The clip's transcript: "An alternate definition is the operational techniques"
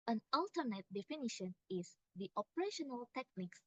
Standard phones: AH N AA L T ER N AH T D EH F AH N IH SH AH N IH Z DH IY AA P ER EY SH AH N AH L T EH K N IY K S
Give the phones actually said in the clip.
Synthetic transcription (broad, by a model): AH N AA L T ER N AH T D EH F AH N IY SH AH N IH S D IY AA P ER EY SH AH N AH L T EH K N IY K S